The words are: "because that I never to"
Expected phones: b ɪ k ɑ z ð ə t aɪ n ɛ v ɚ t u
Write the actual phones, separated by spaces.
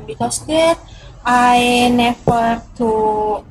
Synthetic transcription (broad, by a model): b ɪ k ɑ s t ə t aɪ n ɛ f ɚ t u